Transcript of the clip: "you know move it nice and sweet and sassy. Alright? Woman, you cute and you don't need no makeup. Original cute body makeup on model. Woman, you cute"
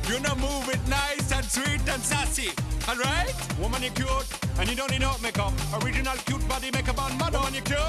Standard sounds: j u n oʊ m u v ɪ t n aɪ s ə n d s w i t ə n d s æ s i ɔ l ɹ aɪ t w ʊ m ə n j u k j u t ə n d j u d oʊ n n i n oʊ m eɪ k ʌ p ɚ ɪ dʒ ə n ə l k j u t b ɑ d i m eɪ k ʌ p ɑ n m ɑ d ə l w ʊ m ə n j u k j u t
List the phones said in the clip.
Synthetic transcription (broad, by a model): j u n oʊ m u v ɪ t n aɪ s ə n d s w i t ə n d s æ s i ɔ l ɹ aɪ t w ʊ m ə n j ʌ k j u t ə n j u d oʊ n n i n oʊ m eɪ k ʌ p ɚ ɪ dʒ ə n ə l k j u t b ɑ d i m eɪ k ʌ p ɑ n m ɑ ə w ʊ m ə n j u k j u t